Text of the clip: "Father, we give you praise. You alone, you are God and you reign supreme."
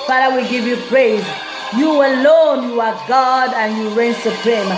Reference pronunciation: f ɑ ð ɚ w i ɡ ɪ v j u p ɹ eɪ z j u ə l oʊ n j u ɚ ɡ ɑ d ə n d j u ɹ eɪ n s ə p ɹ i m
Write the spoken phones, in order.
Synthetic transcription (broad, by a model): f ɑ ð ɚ w i ɡ ɪ v j u p ɹ eɪ z j u ə l oʊ n j u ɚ ɡ ɑ d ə n j u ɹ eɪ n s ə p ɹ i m